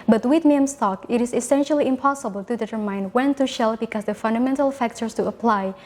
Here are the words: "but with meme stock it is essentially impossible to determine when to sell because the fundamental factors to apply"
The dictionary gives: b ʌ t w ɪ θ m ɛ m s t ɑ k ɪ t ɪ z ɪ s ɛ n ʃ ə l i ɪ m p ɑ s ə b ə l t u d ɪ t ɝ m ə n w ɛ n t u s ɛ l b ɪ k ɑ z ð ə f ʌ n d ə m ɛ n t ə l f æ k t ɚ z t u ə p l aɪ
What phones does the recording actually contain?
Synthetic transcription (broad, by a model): b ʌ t w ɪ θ m ɛ m s t ɑ k ɪ t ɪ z ɪ s ɛ n ʃ ə l i ɪ m p ɑ s ə b ə l t u d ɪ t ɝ m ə n w ɛ n t u ʃ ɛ l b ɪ k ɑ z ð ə f ʌ n d ə m ɛ n t ə l f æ k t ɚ s t u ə p l aɪ